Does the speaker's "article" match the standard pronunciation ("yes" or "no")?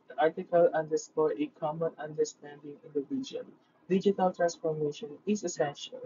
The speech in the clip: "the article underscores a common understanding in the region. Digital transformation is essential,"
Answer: yes